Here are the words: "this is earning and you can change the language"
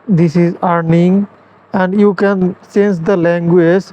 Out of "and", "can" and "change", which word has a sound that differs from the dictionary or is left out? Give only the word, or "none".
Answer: change